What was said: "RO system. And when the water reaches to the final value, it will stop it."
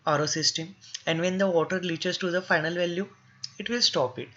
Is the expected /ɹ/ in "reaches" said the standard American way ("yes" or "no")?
no